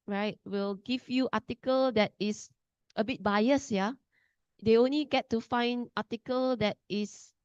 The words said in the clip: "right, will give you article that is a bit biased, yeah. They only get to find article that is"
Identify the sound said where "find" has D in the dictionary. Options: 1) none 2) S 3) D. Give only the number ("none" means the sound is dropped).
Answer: 3